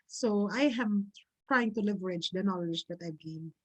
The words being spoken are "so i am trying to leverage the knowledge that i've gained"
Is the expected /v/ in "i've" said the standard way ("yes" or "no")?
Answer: no